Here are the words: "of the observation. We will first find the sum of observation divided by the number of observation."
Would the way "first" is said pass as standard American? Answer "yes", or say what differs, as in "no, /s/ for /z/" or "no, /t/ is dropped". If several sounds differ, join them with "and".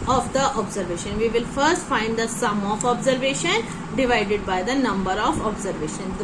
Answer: yes